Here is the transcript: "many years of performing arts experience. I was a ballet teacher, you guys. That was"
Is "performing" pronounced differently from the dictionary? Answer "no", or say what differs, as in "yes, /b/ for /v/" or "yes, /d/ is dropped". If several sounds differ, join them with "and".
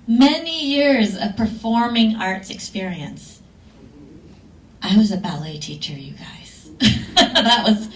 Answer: no